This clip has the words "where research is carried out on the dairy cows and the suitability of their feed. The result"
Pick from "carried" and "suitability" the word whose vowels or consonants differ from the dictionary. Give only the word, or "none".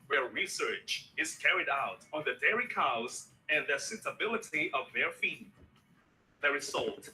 none